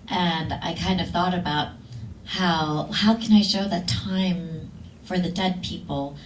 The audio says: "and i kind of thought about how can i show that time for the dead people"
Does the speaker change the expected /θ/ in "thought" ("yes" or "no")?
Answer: no